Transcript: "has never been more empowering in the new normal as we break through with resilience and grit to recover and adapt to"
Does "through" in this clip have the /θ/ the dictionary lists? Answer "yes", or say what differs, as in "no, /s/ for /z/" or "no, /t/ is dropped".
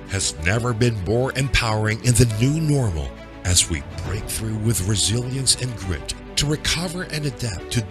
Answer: yes